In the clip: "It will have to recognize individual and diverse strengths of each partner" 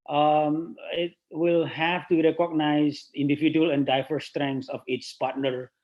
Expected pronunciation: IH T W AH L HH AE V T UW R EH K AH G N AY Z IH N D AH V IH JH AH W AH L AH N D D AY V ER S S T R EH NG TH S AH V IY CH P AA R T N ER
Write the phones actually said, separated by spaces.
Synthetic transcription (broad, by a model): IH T W AH L HH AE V T UW R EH K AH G N AY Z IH N D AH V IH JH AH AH L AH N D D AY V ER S S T R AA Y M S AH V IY S P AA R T N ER